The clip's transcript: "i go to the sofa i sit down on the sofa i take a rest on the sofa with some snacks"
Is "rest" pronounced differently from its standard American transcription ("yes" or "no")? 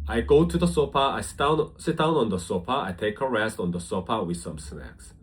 no